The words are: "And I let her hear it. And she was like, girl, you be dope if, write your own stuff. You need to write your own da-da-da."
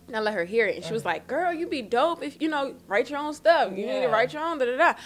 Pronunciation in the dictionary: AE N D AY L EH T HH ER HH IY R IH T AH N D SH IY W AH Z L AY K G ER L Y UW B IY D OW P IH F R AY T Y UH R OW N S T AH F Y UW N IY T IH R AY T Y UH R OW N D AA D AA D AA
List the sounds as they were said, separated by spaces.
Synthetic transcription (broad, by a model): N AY L EH T HH ER HH IY R IH T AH N SH IY W AH Z L AY K G ER L Y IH B IY D OW P IH F R AY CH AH R OW N S T AH F Y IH N IY T IH R AY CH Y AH R OW N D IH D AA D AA